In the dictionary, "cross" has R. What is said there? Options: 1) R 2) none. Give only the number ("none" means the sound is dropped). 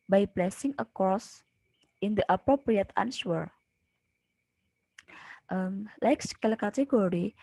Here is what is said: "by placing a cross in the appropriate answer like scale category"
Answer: 2